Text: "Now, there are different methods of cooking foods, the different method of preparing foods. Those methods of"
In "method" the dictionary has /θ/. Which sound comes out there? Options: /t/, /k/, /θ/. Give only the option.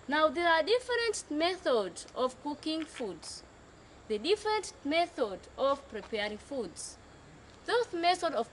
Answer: /θ/